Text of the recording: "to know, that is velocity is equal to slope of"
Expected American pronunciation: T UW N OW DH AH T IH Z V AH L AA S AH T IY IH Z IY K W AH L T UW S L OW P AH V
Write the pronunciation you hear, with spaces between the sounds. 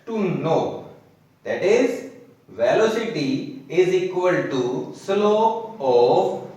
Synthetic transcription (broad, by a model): T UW N OW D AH T IH Z V AH L AA S AH T IY IH Z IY K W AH L T UW S L OW AH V